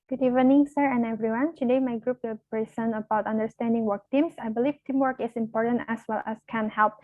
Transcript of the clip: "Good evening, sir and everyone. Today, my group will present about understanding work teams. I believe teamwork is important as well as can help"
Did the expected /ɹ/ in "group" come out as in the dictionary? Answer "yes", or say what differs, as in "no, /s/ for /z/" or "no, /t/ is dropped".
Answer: yes